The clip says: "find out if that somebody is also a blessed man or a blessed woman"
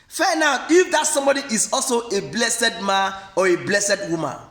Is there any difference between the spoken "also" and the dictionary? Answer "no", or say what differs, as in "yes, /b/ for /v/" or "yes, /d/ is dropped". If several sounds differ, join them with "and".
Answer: no